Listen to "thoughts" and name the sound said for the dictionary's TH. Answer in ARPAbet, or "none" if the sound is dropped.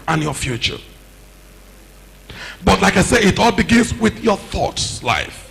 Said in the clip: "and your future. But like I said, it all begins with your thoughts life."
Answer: TH